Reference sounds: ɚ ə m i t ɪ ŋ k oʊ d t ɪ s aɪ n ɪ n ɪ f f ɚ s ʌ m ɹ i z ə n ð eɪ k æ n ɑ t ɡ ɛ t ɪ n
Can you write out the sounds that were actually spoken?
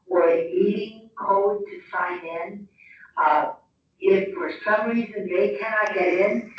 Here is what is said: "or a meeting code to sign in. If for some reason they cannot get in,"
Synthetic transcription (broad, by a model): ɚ ə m i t ɪ ŋ k oʊ d t ɪ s aɪ n ɪ n ɪ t f ɚ s ʌ m ɹ i z ə n ð eɪ k æ n ɑ t ɡ ɛ t ɪ n